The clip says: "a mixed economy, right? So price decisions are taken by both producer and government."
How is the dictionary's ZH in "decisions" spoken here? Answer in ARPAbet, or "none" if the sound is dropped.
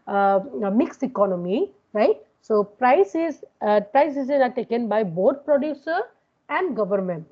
Z